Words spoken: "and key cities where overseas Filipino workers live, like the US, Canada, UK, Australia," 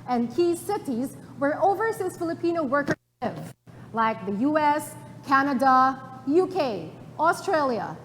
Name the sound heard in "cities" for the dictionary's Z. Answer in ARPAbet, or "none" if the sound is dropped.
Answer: Z